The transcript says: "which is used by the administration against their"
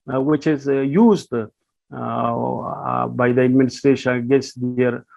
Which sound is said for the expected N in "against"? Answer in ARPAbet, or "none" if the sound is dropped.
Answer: none